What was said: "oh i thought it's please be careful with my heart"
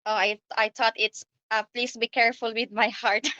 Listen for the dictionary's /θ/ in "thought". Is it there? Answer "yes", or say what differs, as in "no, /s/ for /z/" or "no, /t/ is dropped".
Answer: no, /t/ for /θ/